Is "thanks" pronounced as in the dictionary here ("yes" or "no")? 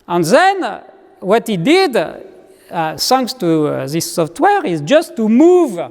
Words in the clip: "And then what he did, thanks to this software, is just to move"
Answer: no